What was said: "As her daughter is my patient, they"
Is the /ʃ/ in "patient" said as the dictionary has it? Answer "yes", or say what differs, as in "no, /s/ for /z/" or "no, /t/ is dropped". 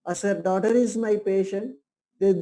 yes